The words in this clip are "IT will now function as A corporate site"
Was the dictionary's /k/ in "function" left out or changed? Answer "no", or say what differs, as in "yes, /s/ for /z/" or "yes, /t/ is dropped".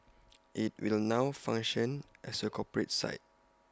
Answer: yes, /k/ is dropped